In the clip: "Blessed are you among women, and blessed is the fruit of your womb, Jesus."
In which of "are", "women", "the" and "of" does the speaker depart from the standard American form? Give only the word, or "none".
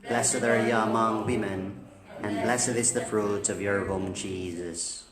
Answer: none